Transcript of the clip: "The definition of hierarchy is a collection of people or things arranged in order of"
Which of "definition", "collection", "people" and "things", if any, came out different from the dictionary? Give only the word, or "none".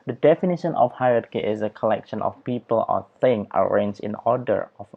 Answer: things